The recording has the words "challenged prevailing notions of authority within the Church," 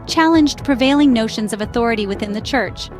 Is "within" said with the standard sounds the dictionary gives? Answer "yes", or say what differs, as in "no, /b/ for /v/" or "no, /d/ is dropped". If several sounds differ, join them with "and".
yes